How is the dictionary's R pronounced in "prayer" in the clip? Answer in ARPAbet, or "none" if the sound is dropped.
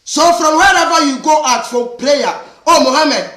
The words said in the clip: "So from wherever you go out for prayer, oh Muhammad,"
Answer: L